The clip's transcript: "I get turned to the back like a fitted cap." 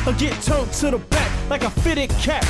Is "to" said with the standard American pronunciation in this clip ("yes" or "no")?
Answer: no